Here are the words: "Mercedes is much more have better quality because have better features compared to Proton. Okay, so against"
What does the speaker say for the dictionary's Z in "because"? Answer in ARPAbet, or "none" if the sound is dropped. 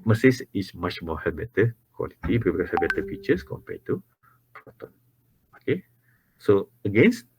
none